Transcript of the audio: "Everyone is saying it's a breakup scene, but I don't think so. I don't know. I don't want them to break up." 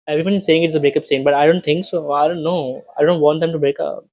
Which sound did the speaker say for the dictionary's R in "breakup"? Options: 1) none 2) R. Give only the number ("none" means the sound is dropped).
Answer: 2